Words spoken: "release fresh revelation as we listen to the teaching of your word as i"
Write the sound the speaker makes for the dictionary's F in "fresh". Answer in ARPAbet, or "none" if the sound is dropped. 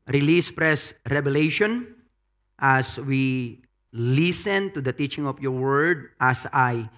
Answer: P